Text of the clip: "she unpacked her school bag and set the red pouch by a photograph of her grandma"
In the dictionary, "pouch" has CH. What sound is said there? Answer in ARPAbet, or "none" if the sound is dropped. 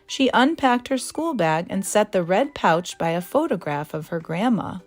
CH